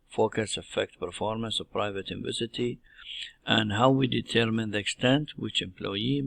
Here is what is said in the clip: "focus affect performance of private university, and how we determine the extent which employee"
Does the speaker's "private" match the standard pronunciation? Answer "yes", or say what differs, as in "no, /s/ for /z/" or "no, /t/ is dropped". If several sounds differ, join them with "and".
yes